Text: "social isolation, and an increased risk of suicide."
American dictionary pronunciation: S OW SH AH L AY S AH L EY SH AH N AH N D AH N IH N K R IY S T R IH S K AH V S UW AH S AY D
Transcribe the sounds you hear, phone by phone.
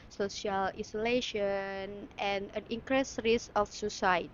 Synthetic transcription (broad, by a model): S OW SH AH L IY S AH L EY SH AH N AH N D AH N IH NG K R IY S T R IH S AH F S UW S AY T